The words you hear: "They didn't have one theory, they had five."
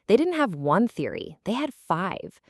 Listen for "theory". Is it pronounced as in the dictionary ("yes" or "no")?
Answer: yes